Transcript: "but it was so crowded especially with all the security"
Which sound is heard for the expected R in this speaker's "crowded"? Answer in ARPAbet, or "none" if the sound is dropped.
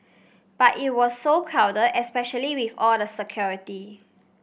none